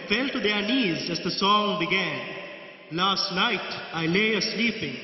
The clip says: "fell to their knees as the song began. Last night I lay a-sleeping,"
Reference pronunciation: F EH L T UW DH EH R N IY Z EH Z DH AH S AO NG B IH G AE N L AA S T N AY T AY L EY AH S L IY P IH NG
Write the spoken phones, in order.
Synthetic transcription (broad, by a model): F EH L T UW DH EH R N IY Z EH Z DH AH S AO NG B IH G AE N L AA S T L AY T AY L EY AH S L IY P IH NG